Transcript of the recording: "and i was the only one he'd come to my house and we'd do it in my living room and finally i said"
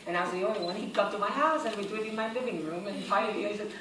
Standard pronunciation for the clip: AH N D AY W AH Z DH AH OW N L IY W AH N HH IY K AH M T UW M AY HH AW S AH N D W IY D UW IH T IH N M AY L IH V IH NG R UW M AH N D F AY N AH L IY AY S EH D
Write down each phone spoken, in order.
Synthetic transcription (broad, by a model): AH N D AY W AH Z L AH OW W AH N HH IY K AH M T UW M AY HH AW S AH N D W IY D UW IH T IH N M AY L IH V IH NG R UW M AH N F AY AH IY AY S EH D